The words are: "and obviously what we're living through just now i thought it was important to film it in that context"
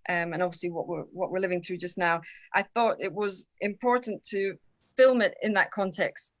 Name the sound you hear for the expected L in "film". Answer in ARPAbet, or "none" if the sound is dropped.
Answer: L